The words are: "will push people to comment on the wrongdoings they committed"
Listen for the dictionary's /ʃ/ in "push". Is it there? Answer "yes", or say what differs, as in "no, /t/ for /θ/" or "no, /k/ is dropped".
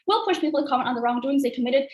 yes